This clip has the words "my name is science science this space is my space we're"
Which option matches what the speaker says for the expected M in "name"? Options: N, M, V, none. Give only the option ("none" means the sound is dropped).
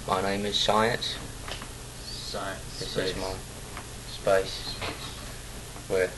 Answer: M